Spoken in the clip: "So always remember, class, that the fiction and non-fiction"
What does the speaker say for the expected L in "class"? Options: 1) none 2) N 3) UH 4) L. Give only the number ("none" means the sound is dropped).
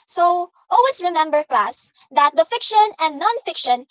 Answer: 4